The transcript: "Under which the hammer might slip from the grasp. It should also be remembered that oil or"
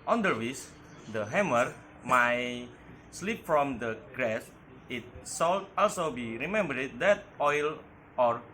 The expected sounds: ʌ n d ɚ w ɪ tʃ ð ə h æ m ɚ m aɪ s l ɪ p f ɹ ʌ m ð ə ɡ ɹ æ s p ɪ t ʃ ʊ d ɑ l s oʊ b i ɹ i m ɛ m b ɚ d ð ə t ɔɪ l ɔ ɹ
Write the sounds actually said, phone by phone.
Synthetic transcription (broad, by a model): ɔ n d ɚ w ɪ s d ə h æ m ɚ m aɪ s l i p f ɹ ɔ m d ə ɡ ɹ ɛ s ɪ t s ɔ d ɑ l s oʊ b i ɹ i m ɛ m b ɚ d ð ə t ɔɪ l ɔ ɹ